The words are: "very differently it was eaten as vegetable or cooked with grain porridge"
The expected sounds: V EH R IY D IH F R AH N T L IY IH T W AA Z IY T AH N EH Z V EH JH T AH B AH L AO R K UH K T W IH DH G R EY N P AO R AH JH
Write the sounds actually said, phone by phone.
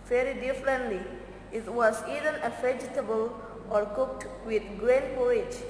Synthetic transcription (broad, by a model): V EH R IY D IH F R AH N T L IY IH T W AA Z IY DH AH N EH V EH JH T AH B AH L AO R K UH K T W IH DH G R EY N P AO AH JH